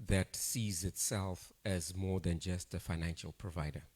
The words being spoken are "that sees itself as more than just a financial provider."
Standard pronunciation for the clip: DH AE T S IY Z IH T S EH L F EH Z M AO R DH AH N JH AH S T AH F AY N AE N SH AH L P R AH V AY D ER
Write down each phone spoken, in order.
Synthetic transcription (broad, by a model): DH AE T S IY Z IH T S EH L F EH Z M AO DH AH N JH AH S T AH F AY N AE N SH AH L P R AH V AY D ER